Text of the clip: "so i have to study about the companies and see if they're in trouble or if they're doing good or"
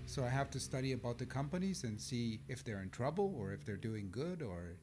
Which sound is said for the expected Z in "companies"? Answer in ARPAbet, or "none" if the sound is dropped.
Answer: Z